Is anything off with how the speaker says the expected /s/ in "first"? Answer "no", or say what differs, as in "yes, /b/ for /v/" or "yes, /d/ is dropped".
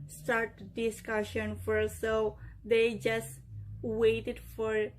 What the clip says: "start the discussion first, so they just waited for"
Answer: yes, /s/ is dropped